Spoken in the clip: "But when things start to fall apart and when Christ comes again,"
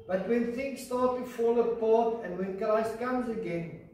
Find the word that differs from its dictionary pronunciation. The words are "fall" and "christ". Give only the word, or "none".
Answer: christ